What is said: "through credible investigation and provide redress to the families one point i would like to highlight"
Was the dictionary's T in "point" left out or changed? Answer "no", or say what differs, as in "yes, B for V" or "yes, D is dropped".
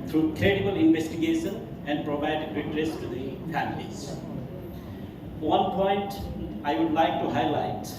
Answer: no